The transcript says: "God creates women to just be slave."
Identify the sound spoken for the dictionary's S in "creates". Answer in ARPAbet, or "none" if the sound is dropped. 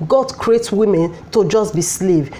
none